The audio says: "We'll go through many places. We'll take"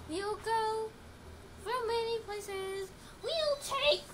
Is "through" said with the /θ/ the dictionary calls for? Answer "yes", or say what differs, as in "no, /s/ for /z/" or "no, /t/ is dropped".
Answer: no, /f/ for /θ/